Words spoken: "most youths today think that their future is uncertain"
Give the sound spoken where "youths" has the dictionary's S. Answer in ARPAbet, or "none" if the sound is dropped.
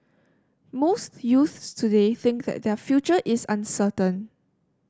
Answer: S